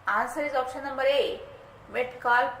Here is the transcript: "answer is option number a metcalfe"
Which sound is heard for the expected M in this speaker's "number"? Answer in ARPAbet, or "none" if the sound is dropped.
M